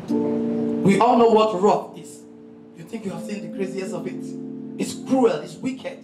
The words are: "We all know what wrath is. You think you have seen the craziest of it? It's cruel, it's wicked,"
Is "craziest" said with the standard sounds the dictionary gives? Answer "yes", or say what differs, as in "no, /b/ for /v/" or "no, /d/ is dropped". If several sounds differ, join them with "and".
no, /t/ is dropped